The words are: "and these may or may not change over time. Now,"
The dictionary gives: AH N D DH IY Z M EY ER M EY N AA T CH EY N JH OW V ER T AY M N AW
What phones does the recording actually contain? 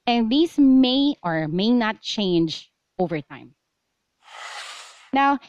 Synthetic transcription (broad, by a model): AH N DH IY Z M EY ER M EY N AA T CH EY N JH OW V ER T AY M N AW